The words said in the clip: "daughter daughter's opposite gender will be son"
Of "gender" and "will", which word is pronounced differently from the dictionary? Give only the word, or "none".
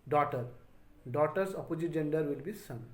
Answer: none